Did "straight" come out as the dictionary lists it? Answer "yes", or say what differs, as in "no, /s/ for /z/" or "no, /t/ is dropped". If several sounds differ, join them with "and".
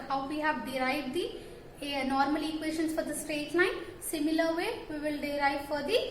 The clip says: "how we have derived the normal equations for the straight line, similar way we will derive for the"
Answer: yes